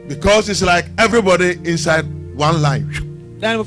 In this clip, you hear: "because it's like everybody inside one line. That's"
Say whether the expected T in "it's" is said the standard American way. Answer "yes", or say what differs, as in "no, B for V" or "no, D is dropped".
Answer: yes